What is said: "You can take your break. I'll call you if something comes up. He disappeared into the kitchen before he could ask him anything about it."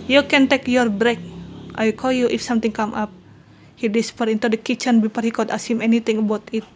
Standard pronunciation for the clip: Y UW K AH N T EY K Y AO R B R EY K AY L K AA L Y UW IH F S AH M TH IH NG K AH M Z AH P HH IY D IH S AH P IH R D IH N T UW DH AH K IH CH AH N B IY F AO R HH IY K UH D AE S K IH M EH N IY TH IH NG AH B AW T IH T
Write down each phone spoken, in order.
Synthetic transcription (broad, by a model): Y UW K AH N T EY K Y AO R B R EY K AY K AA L Y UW IH F S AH M T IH NG K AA M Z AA P HH IY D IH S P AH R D IH N T UW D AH K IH CH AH N B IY P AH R HH IY K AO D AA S IH M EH N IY T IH NG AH B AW T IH T